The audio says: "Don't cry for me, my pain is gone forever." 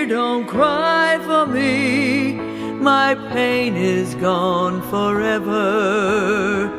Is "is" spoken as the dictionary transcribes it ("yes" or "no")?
yes